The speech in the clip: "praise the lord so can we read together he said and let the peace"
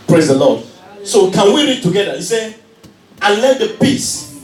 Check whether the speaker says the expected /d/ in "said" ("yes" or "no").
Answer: no